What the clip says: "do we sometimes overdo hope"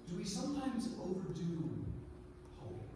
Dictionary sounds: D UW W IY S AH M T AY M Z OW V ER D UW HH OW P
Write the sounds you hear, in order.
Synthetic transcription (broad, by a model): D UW W IY S AH M T AY M Z OW V ER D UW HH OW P